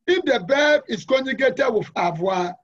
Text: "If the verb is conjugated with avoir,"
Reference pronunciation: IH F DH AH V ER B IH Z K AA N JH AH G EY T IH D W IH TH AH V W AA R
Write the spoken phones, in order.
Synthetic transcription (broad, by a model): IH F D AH B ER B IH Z K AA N AH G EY T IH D W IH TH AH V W AA